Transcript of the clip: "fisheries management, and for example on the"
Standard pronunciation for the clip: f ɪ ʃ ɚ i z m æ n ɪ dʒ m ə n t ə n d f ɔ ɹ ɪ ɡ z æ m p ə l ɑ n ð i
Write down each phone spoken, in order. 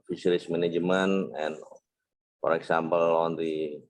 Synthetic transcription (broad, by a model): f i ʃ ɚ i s m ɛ n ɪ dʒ m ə n ə n f ɔ ɹ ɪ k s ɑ m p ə l ɑ n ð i